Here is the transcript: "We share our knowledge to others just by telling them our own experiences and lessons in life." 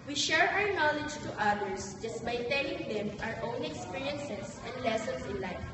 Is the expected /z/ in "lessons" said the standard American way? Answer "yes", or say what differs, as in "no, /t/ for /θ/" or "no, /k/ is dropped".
no, /s/ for /z/